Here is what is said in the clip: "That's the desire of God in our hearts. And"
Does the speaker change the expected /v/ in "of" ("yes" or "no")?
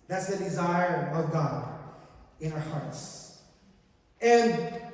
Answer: no